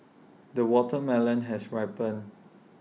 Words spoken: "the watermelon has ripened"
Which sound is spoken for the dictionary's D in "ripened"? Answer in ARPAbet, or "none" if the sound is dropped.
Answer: none